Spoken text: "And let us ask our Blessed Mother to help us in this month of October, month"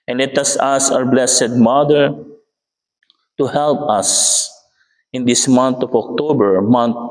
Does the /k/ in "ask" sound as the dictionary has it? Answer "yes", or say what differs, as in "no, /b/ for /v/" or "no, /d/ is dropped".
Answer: no, /k/ is dropped